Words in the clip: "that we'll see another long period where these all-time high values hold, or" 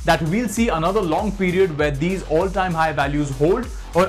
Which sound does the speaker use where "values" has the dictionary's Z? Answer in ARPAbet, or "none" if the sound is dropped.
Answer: Z